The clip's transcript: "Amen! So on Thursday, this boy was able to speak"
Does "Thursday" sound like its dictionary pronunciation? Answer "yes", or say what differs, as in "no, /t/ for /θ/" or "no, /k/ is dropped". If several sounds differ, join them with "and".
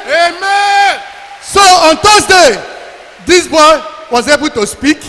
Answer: no, /t/ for /θ/